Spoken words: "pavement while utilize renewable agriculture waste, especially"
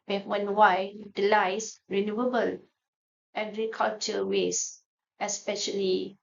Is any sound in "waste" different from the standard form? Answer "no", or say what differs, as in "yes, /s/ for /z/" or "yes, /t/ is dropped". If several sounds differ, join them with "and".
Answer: yes, /t/ is dropped